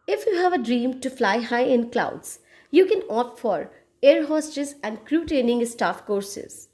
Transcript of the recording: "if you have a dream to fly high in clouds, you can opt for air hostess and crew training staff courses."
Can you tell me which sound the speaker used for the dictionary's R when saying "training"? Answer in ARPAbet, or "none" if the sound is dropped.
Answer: none